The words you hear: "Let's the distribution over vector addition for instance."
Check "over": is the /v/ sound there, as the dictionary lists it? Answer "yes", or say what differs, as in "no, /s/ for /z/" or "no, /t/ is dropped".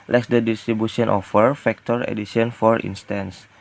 no, /f/ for /v/